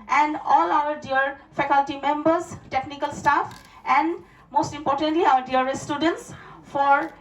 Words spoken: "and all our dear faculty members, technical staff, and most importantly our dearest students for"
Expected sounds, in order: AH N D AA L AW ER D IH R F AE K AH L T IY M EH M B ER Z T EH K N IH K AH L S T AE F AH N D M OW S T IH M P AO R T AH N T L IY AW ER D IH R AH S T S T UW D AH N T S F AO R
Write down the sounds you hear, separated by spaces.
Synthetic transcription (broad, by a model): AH N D AA L AW ER D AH R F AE K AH L T IY M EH M B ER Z T EH K N IH K AH L S T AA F AH N D M OW S T IH M P AO R T AH N T L IY AW ER D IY AH T S T UW D AH N T S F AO R